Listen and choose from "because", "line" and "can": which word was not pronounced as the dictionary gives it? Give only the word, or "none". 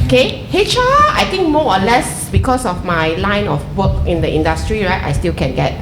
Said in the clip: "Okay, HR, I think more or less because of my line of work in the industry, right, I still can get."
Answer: because